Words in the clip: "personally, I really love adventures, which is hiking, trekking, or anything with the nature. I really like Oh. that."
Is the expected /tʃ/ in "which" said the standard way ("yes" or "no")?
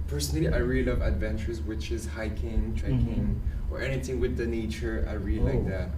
yes